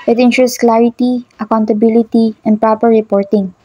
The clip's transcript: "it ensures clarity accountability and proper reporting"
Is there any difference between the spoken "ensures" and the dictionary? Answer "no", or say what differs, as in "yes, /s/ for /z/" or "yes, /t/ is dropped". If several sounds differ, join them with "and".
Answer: yes, /s/ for /z/